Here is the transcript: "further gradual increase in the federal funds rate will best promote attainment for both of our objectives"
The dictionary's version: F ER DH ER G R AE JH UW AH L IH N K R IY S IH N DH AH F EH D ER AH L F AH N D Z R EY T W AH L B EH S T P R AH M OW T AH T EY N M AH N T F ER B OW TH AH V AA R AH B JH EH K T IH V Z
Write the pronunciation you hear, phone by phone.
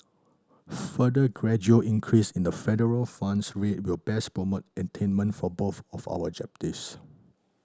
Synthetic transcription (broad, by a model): F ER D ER G R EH JH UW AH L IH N K R IY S IH N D AH F EH D ER AH L F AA N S R EY T W AH L B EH S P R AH M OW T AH T EY N M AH N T F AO B OW TH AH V AA W AH JH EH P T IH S